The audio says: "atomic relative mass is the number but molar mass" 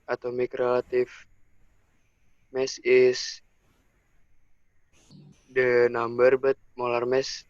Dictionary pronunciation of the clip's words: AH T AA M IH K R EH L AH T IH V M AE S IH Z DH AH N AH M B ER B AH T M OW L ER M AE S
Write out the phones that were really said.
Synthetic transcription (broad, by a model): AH T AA M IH K R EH L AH T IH F M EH S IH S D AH N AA M B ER B AH T M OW L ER M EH S